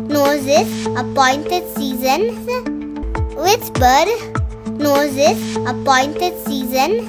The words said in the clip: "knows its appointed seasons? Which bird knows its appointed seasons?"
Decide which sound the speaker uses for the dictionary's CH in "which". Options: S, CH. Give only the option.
S